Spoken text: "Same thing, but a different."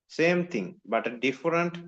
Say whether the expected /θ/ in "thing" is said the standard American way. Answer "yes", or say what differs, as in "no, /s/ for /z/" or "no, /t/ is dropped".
no, /t/ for /θ/